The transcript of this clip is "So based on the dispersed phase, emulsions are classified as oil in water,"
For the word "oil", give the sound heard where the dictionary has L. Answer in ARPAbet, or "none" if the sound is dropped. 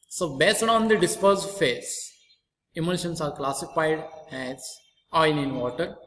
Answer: N